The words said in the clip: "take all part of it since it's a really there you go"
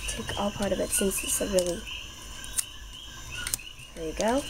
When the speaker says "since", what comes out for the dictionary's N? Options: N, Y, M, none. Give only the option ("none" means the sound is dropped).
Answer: none